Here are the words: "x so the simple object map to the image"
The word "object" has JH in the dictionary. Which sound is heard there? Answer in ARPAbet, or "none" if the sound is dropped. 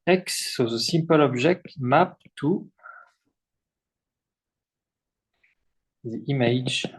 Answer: ZH